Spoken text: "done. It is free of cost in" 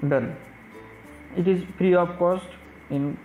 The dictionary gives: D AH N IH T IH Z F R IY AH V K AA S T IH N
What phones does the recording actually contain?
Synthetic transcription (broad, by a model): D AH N IH T IH Z P R IY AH P K AA S T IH N